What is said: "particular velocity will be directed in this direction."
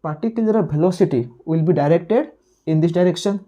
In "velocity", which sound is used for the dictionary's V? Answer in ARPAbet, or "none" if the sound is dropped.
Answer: P